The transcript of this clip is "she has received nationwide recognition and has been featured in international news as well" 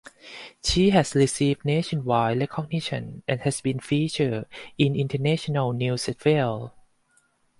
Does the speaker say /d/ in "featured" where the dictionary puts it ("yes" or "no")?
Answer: no